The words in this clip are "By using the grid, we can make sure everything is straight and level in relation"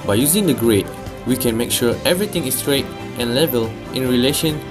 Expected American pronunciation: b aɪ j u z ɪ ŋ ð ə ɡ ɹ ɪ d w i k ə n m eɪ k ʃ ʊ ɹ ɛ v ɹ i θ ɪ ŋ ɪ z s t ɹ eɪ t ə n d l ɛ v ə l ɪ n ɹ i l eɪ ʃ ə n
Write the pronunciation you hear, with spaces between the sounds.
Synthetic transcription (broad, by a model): b aɪ j u z ɪ ŋ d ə ɡ ɹ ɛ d w i k ə n m eɪ k ʃ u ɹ ɛ v ɹ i t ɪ ŋ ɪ s t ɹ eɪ t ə n l ɛ v ə l ɪ n ɹ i l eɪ ʃ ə n